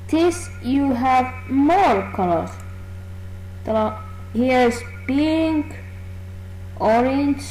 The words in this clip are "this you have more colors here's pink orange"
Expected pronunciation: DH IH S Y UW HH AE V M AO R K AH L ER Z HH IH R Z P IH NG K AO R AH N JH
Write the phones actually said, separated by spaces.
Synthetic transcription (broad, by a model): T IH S Y UW HH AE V M AO R K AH L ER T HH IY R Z B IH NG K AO R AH N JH